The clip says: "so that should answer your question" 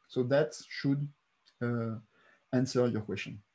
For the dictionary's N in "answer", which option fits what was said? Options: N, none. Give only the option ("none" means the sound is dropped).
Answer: N